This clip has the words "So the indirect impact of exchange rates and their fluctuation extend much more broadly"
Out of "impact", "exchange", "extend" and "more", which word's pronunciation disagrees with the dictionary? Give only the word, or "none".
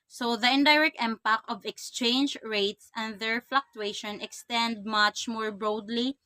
impact